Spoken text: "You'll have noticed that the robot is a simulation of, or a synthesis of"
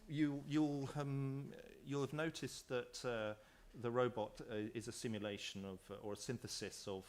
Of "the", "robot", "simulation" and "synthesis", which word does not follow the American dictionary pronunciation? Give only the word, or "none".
none